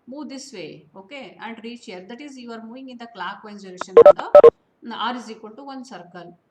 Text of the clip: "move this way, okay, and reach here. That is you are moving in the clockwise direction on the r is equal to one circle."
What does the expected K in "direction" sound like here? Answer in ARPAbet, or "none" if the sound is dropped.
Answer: none